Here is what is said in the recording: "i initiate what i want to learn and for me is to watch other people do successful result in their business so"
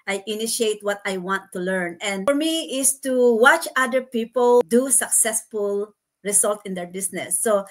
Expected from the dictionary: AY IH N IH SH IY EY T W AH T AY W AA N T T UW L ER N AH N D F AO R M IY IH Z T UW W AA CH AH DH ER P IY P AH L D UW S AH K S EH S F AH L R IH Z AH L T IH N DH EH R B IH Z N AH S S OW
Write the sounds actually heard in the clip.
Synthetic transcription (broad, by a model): AY IH N IH SH IY EY T W AH T AY W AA N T T UW L ER N AH N D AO R M IY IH S T UW W AA CH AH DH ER P IY P AH L D UW S AH K S EH S F AH L R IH S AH L T IH N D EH R B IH S N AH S S OW